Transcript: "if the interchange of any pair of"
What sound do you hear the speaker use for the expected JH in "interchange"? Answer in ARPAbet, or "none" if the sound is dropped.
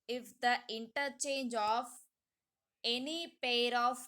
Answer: JH